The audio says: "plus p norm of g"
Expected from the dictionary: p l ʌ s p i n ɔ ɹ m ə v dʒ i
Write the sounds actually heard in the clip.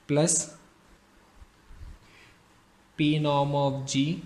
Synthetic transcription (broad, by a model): p l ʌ s p i n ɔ m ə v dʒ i